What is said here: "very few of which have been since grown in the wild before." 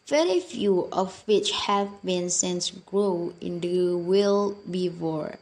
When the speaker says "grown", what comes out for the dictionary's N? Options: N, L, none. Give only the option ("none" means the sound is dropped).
none